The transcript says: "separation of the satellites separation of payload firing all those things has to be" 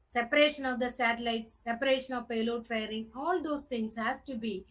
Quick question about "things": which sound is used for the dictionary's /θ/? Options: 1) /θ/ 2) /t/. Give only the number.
2